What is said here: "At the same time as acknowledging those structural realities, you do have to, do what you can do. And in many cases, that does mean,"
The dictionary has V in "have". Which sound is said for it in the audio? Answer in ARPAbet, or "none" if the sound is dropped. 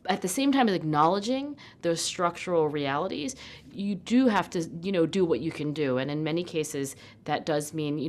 F